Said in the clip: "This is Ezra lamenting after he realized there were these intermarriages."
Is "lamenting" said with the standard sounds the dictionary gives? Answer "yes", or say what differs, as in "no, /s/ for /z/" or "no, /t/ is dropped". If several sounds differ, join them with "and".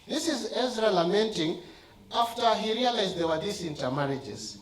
yes